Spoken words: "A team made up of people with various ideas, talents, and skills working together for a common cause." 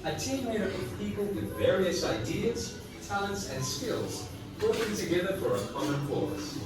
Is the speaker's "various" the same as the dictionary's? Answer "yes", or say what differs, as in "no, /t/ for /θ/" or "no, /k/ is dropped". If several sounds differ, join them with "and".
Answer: yes